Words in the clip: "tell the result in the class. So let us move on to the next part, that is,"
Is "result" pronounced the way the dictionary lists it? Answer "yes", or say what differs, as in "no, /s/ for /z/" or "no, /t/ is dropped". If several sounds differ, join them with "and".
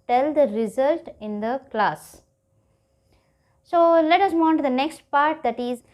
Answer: yes